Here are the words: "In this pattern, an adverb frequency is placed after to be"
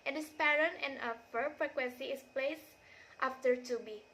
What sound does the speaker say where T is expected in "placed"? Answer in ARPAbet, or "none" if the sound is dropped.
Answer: T